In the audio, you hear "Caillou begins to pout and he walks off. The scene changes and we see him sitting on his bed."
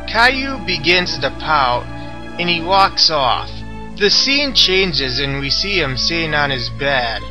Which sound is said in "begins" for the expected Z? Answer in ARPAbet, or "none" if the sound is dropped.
Z